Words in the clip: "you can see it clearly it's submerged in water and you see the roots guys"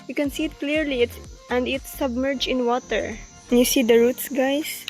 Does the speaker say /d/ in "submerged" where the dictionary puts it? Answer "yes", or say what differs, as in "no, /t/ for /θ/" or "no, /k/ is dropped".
no, /d/ is dropped